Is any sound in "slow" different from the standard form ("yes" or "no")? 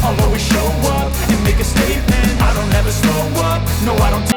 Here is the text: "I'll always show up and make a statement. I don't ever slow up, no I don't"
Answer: yes